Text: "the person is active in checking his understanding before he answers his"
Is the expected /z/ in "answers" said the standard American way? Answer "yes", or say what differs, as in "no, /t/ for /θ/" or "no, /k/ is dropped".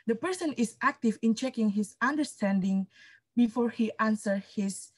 no, /z/ is dropped